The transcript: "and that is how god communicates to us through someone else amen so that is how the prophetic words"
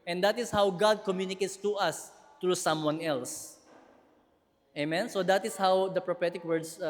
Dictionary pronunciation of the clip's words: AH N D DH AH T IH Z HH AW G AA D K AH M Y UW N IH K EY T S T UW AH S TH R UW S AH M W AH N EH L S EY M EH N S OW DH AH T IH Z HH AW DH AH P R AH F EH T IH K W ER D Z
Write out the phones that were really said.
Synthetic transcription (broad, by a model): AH N D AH T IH S HH AW G AA D K AH M Y UW N IH K EY T S T UW AH S T R UW S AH M W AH N EH L S EY M EH N S OW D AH T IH S HH AW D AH P R AH F EH T IH K W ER D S